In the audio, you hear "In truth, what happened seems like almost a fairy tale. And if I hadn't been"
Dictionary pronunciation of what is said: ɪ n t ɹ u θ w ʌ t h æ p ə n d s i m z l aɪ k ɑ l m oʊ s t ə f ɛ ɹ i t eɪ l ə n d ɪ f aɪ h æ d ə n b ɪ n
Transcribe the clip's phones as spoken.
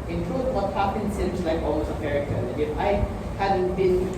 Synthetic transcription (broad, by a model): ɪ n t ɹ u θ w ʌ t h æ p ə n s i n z l aɪ k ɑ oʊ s ə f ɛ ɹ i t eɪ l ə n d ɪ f aɪ h æ d ə n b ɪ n